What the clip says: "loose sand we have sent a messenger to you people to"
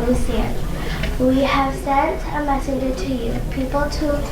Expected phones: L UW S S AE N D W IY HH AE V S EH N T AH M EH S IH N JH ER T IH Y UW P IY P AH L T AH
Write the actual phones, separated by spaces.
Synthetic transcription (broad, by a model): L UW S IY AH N W IY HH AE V S EH N T AH M EH S IH N JH ER T IH Y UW P IY P AH L T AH